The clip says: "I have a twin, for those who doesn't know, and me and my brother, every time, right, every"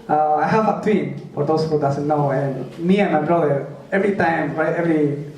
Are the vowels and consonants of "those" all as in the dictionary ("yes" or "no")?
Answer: no